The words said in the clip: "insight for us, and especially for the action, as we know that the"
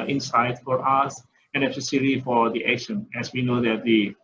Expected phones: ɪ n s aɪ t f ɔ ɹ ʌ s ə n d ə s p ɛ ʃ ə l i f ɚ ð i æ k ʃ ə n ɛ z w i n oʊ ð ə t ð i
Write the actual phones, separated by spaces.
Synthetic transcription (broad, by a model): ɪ n s aɪ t f ɔ ɹ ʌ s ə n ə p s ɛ s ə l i f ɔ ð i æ k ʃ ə n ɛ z w i n oʊ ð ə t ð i